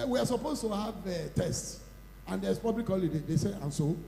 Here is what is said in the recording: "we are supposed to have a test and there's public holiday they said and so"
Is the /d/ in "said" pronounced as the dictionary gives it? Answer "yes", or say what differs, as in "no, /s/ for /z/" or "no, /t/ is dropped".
no, /d/ is dropped